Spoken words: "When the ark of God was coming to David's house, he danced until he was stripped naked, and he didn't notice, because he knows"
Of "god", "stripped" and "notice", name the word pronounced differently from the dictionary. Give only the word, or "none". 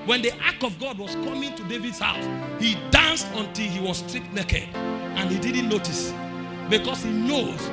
stripped